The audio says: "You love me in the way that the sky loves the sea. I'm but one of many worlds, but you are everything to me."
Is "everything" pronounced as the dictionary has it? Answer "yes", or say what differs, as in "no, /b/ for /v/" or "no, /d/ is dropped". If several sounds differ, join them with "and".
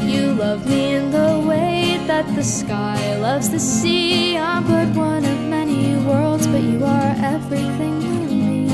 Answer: yes